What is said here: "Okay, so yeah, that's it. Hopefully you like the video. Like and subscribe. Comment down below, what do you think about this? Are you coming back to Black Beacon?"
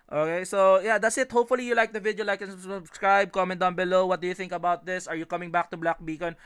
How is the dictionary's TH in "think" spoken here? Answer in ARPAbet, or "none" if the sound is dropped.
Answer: TH